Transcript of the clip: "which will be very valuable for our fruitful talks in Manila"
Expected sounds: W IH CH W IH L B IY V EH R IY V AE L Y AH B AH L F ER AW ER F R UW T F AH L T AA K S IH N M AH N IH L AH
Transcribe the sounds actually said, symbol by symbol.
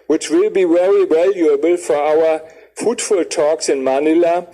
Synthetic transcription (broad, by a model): W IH CH W IH L B IY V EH R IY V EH L Y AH B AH L F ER AW ER F UW T F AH L T AA K S IH N M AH N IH L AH